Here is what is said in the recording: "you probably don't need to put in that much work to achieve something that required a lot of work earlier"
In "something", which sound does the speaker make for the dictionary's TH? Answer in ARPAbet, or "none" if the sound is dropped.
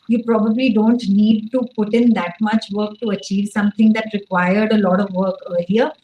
T